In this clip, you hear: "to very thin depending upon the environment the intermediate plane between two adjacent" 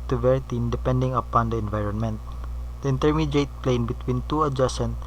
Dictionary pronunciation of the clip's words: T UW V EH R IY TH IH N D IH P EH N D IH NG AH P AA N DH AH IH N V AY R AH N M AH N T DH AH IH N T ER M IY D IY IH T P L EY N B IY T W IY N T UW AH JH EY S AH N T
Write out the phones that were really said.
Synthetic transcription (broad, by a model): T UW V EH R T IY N D IH P EH N D IH NG AH P AA N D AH IH N V AY R AH N M AH N T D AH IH N T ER M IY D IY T P L EY N B IY T W IY N T UW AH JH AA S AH N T